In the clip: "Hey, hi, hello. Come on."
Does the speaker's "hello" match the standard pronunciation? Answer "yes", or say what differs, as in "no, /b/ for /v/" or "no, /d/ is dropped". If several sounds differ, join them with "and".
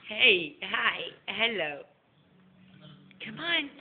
yes